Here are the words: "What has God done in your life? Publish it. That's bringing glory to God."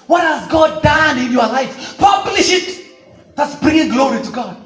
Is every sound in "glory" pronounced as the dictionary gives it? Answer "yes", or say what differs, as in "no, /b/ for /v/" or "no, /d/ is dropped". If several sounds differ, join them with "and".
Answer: yes